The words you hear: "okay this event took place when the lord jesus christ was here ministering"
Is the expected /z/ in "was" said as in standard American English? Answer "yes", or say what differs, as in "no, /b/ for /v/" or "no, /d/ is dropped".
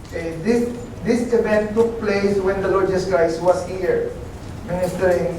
no, /s/ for /z/